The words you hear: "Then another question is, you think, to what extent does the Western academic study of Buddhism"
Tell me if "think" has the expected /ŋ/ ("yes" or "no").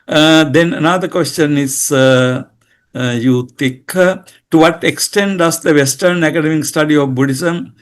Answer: no